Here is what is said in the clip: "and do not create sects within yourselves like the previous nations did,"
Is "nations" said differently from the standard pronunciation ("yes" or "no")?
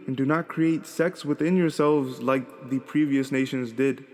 no